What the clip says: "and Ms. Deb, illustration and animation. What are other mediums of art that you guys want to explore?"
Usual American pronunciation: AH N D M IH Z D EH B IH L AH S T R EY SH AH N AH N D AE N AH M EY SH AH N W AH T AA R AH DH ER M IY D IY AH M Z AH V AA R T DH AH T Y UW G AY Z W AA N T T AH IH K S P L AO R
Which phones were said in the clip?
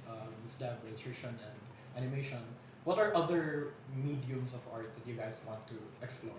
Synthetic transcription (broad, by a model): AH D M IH S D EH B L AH T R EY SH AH N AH N D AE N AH M EY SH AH N W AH T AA R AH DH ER M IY D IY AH M S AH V AA R T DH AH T Y UW G AY S W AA N T T AH K S P L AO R